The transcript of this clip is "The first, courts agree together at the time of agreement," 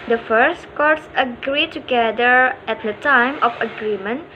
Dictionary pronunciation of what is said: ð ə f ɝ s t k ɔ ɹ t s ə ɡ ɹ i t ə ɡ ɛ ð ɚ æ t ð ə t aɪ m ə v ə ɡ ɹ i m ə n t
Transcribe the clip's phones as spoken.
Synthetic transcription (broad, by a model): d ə f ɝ s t k ɔ ɹ t s ə ɡ ɹ i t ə ɡ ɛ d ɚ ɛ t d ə t aɪ m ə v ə ɡ ɹ i m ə n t